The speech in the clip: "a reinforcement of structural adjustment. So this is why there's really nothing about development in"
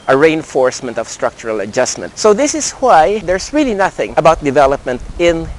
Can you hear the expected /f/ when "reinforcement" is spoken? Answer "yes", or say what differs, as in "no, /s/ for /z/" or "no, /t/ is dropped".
yes